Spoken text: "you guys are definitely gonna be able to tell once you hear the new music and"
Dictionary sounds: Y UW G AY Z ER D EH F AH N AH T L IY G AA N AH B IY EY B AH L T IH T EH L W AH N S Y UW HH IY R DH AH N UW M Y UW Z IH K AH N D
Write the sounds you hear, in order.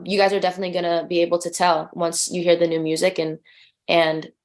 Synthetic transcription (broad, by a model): Y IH G AY Z ER D EH F AH N AH T L IY G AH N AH B IY EY B L T IH T EH L W AH N S Y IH HH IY R DH AH N UW M Y UW Z IH K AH N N